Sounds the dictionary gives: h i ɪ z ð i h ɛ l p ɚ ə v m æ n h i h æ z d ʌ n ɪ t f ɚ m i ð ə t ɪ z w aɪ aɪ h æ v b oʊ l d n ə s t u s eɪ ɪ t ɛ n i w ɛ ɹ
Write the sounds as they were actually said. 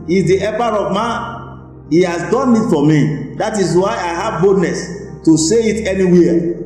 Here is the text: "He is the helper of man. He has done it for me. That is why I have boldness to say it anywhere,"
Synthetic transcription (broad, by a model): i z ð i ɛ p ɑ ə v m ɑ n h i h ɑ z d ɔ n ɪ t f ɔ m i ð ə t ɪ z w aɪ aɪ h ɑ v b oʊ d n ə s t u s eɪ ɪ t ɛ n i w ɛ